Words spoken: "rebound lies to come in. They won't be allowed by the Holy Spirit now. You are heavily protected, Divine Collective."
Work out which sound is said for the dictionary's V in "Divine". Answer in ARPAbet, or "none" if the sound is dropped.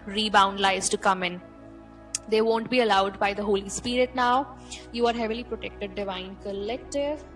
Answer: V